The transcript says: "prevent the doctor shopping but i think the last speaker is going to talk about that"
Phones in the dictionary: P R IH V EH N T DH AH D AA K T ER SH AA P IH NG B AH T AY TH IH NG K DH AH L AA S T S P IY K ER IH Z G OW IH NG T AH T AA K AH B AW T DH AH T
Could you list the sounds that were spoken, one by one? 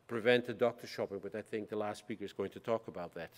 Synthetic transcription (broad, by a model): P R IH V EH N T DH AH D AA K T ER SH AA P IH NG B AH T AY TH IH NG K DH AH L AA S T S P IY K ER IH Z G OW IH NG T AH T AA K AH B AW T DH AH T